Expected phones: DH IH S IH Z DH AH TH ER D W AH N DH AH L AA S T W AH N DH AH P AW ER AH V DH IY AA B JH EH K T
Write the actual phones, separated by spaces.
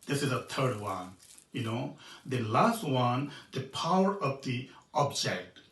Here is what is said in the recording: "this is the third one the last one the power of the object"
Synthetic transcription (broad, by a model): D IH S IH Z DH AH T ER D W AH N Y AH L AA S T W AH N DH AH P AW ER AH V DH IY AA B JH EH K T